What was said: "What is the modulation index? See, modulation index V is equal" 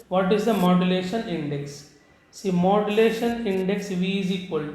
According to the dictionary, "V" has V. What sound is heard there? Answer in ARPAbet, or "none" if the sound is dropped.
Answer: V